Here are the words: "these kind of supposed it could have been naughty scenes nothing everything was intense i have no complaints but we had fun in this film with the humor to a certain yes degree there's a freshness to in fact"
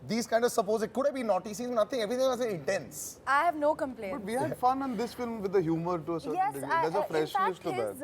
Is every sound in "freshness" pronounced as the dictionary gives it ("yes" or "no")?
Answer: no